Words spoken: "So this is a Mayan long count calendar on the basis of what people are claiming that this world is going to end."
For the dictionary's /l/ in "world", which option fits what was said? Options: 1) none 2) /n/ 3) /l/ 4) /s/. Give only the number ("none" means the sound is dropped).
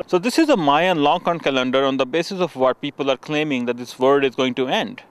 1